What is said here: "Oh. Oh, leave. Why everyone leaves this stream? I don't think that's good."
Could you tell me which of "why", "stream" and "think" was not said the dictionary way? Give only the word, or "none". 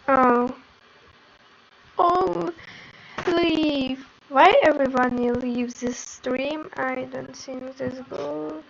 think